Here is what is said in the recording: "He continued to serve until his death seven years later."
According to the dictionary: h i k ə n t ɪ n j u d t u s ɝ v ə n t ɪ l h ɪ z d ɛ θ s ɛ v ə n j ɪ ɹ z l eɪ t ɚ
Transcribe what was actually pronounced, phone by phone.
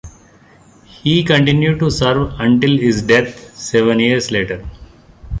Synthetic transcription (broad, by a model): h i k ə n t ɪ n j u d t u s ɝ v ə n t ɪ l h ɪ z d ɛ t s ɛ v ə n j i ɹ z l eɪ t ɚ